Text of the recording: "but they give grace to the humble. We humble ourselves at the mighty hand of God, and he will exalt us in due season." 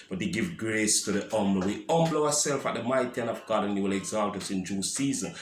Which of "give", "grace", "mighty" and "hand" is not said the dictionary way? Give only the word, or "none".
hand